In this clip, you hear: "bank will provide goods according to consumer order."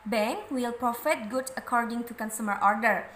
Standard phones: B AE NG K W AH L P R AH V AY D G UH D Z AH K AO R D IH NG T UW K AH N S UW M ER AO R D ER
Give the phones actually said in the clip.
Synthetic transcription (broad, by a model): B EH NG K W AH L P R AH F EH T G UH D AH K AO R D IH NG T UW K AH N S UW M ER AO R D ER